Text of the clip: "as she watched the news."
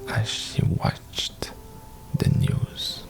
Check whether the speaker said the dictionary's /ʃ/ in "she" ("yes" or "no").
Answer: yes